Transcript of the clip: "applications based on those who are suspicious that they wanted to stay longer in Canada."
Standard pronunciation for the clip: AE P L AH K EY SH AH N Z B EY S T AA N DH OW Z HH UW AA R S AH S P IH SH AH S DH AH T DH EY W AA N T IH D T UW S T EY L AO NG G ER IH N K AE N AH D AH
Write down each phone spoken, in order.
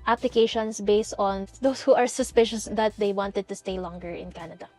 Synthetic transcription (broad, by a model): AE P L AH K EY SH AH N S B EY S T AA N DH OW S HH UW AA R S AH S P IH SH AH S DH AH T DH EY W AA N T IH D T UW S T EY L AO NG G ER IH N K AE N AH D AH